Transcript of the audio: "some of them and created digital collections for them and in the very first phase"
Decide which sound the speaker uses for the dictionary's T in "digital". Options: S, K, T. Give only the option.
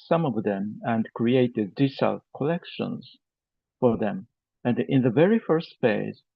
S